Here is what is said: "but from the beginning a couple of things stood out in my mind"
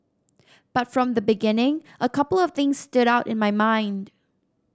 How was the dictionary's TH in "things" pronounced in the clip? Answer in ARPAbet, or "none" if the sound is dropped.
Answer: TH